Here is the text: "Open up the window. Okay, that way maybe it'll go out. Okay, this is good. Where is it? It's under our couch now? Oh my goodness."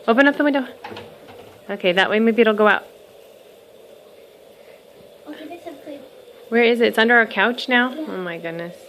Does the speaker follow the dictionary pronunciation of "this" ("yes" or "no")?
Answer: no